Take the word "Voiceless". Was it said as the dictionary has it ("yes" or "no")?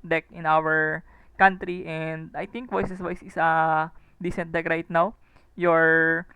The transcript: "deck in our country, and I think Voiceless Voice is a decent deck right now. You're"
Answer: no